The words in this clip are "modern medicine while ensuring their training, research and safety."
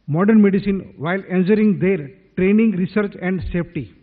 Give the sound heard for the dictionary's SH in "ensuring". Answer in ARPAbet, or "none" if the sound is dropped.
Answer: S